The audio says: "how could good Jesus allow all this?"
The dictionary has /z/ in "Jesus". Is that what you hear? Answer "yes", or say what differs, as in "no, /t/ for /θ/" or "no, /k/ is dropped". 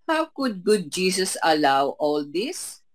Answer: no, /s/ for /z/